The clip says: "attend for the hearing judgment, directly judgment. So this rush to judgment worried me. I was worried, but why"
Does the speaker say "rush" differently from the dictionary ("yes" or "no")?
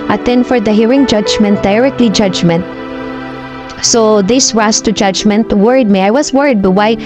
yes